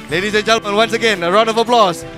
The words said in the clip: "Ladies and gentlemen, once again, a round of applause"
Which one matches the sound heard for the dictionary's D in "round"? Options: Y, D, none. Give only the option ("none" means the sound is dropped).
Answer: none